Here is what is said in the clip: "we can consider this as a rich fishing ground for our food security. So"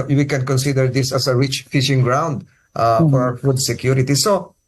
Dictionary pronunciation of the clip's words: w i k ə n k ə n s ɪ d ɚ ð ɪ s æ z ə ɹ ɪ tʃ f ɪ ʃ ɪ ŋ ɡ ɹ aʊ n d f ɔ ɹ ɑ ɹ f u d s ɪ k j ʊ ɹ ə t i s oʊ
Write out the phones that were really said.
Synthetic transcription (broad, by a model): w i k ə n k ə n s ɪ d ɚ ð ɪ s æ s ə ɹ ɪ tʃ f ɪ ʃ ɪ ŋ ɡ ɹ aʊ n d f ɔ ɹ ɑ w f u d s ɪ k j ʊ ɹ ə t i s oʊ